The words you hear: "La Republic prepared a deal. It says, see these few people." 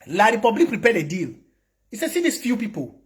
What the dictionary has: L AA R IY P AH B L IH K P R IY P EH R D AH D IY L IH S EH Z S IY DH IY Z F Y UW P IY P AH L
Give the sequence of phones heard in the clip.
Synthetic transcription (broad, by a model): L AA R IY P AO B L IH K P R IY P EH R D AH D IY L IH S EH S IY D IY S F Y UW P IY P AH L